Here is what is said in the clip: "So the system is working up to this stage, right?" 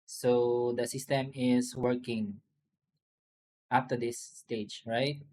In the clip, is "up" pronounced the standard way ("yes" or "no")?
no